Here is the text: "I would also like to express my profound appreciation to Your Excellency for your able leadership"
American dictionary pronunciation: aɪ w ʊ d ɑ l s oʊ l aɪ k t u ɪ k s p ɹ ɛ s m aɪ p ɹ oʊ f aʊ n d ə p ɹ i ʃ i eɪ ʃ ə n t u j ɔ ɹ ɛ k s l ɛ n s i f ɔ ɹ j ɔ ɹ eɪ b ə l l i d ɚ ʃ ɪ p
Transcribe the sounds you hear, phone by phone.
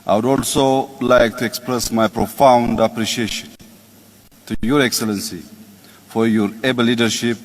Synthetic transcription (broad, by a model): aɪ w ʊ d ɑ l s oʊ l aɪ k t u ɪ k s p ɹ ɛ s m aɪ p ɹ oʊ f aʊ n d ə p ɹ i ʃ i eɪ ʃ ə n t u j ɔ ɹ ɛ k s l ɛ n s i f ɔ ɹ j ɔ ɹ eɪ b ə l l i d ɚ ʃ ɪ p